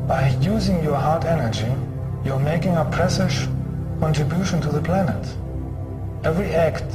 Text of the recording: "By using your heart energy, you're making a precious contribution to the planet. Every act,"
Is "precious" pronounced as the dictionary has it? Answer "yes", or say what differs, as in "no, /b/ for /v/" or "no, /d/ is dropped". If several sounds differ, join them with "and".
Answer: no, /s/ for /ʃ/ and /ʃ/ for /s/